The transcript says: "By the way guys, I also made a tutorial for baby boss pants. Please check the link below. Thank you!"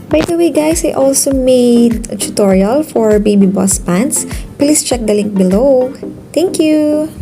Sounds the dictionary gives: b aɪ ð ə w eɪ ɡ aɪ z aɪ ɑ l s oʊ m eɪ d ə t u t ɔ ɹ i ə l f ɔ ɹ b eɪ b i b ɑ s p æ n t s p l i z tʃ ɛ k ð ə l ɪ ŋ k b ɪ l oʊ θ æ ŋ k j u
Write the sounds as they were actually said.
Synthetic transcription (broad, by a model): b aɪ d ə w eɪ ɡ aɪ s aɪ ɑ l s oʊ m eɪ d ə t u t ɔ ɹ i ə l f ɔ ɹ b eɪ b i b ɑ s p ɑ n t s p l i s tʃ ɛ k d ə l ɪ ŋ k b ɪ l oʊ t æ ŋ k j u